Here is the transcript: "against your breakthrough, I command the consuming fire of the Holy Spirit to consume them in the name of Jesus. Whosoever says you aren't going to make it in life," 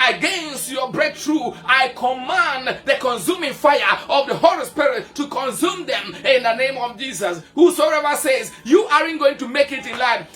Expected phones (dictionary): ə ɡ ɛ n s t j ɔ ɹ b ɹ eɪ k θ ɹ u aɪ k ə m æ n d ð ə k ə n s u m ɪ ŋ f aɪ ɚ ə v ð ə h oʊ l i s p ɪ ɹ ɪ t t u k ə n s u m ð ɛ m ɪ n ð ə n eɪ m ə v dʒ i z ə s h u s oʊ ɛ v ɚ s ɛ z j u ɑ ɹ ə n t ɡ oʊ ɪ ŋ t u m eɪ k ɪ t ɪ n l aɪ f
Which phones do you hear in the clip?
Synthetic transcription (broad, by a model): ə ɡ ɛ n s t j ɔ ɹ b ɹ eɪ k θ ɹ u aɪ k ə m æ n d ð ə k ə n s u m ɪ ŋ f aɪ ɚ ə v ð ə h oʊ l i s p ɪ ɹ ɪ t t u k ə n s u m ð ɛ m ɪ n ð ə n eɪ m ə v dʒ i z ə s h u s oʊ ɛ v ɚ s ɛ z j u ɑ ɹ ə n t ɡ oʊ ɪ ŋ t u m eɪ k ɪ t ɪ n l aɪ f